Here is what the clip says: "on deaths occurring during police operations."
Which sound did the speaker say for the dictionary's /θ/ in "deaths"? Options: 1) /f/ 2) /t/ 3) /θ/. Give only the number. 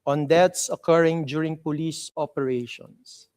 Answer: 2